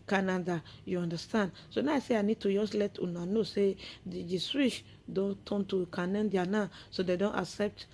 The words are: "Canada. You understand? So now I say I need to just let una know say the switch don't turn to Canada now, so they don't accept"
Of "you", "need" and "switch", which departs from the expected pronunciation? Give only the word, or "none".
switch